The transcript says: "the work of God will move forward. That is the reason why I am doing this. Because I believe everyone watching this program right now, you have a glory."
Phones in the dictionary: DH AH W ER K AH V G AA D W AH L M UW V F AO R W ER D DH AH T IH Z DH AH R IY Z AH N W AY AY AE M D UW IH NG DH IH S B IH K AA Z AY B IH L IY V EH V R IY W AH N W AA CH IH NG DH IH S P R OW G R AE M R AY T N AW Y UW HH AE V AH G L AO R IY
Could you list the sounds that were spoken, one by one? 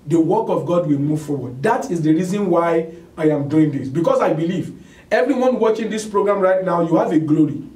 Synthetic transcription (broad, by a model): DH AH W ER K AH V G AA D W AH L M UW V F AO W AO D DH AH T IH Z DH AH R IY Z AH N W AY AY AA M D UW IH NG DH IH S B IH K AA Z AY B IH L IY V EH V R IY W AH N W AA CH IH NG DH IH S P R OW G R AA M R AY T N AW Y UW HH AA V AH G L AO R IY